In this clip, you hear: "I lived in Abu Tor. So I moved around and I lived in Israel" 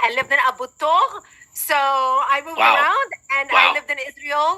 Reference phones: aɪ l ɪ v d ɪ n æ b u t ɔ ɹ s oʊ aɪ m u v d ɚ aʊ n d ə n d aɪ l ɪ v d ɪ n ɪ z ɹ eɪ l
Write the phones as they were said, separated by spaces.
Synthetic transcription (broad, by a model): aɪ l ɪ v d ɪ n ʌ b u t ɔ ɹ s oʊ aɪ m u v ɚ aʊ n d ə n d aɪ l ɪ v d ɪ n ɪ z ɹ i l